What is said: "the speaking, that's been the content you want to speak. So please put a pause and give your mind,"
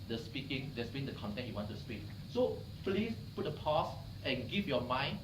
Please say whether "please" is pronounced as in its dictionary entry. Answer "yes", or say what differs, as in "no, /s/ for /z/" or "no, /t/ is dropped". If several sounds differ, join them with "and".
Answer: no, /s/ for /z/